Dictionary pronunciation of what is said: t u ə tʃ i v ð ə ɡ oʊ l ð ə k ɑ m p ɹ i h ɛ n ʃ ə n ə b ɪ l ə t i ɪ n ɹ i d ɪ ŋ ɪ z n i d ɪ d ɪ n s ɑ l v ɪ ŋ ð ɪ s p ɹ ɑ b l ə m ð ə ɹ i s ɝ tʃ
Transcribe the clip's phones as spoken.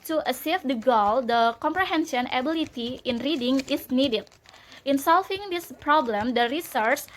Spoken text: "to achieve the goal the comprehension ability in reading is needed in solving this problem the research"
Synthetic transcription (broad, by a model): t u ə s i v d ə ɡ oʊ l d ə k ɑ m p ɹ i h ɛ n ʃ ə n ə b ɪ l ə t i ɪ n ɹ i d ɪ ŋ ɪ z n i d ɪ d ɪ n s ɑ l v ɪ ŋ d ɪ s p ɹ ɑ b l ə m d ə ɹ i s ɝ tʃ